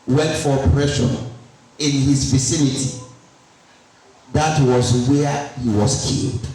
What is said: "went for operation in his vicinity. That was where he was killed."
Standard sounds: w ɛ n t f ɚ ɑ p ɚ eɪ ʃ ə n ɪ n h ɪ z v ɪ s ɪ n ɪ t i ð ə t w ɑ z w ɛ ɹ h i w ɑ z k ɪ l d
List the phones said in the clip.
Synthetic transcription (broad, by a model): w ɛ n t f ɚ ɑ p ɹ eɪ ʃ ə n ɪ n h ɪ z v ɪ s ɪ n ɪ t i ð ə t w ɑ z w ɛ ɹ h i w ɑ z k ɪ l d